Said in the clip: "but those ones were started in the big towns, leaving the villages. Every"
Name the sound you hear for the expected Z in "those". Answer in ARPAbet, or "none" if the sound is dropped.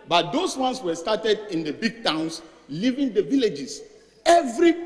S